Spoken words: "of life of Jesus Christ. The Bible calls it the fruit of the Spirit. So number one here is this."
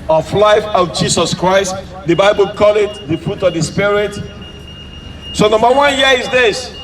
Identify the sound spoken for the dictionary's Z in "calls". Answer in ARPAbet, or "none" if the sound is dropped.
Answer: none